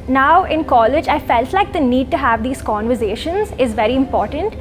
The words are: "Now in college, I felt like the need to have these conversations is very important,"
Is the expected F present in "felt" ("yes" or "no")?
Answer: yes